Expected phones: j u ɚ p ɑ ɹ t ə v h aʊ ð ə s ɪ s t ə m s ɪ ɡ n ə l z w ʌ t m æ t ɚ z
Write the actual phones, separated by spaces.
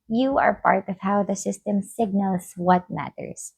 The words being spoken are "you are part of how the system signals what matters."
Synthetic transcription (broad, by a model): j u ɚ p ɑ ɹ t ə v h aʊ ð ə s ɪ s t ə m s ɪ ɡ n ə l z w ʌ t m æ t ɚ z